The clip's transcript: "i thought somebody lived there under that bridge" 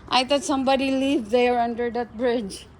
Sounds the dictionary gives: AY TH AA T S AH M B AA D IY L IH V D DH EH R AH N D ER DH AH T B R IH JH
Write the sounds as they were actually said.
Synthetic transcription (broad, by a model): AY T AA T S AH M B AA D IY L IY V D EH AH R AH N D ER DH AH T B R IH JH